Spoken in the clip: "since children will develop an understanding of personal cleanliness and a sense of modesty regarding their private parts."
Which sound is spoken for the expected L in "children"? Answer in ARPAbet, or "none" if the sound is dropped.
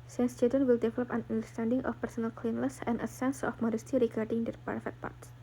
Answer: none